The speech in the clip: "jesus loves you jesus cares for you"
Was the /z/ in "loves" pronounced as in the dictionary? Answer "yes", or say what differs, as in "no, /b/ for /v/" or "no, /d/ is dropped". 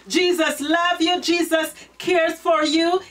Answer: no, /z/ is dropped